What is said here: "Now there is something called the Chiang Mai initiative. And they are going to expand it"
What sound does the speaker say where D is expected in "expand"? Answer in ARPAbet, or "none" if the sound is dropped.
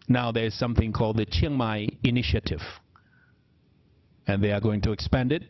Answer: D